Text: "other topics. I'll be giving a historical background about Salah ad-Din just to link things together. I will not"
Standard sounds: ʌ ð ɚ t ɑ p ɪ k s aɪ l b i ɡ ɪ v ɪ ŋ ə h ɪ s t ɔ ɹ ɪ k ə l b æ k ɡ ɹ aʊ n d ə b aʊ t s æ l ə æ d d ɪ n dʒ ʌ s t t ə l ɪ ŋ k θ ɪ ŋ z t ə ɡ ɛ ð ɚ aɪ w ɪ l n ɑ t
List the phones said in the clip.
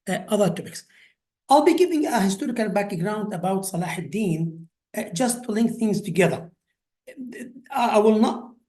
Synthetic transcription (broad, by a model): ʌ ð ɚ t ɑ p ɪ k s aɪ l b i ɡ ɪ v ɪ ŋ ə h ɪ s t ɔ ɹ ɪ k ə l b æ k ɡ ɹ aʊ n d ə b aʊ t s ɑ l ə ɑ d d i n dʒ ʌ s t t ə l ɪ ŋ k θ ɪ ŋ z t ə ɡ ɛ ð ɚ aɪ w ɪ l n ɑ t